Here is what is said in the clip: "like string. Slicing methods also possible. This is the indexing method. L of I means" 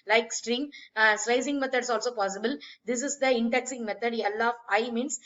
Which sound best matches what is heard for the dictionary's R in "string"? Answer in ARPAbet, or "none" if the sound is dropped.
R